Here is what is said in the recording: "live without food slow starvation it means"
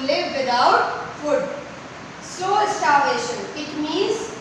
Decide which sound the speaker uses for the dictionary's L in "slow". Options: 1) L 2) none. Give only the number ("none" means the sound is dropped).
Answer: 2